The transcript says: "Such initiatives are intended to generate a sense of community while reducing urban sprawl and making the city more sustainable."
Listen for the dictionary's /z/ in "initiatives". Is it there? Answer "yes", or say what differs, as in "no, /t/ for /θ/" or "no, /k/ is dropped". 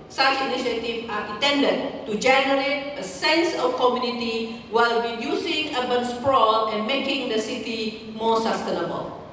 no, /z/ is dropped